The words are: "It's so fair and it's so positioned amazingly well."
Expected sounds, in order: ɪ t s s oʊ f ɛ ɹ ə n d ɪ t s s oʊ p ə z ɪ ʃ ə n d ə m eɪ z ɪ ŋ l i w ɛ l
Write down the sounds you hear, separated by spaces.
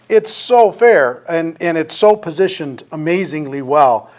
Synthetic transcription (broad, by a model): ɪ t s s oʊ f ɛ ɹ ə n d ɪ t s s oʊ p ə z ɪ ʃ ə n d ə m eɪ z ɪ ŋ l i w ɛ l